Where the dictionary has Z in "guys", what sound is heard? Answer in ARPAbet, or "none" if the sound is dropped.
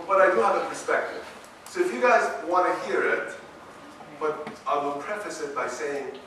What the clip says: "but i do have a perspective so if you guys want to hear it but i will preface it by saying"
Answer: Z